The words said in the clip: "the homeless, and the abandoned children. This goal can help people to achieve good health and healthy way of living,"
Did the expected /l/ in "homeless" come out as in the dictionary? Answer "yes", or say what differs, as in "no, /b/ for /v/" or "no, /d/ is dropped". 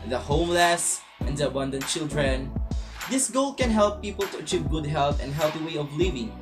yes